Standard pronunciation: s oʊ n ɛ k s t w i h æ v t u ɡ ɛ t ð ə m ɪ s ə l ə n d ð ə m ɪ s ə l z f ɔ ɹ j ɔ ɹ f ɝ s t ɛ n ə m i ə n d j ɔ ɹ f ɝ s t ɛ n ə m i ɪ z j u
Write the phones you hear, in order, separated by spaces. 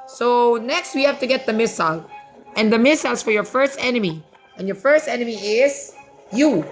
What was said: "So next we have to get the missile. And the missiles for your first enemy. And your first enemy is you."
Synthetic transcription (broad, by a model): s oʊ n ɛ k s t w i h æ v t u ɡ ɛ t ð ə m ɪ s ə l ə n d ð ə m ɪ s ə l s f ɔ ɹ j ɔ ɹ f ɝ s t ɛ n ə m i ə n j ɔ ɹ f ɝ s t ɛ n ə m i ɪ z j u